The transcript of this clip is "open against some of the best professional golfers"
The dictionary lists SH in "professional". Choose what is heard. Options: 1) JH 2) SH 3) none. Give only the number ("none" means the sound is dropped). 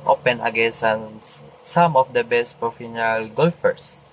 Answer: 3